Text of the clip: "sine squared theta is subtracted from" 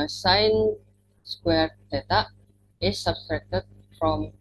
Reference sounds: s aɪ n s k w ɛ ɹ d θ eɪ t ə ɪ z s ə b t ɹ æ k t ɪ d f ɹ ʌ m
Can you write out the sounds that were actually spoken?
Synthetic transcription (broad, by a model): s aɪ n s k w ɛ ɹ d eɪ t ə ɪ s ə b t ɹ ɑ k t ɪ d f ɹ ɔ m